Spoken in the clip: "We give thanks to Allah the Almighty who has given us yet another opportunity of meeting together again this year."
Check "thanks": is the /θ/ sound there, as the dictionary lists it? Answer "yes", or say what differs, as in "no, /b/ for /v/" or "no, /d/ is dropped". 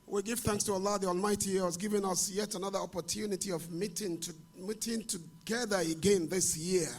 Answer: yes